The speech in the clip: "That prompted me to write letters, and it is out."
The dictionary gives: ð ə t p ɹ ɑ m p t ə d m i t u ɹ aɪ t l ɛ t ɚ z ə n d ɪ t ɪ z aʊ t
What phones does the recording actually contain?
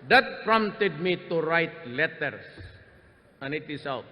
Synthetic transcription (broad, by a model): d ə t p ɹ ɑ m t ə d m i t u ɹ aɪ t l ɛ t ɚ s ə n ɪ t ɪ s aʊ t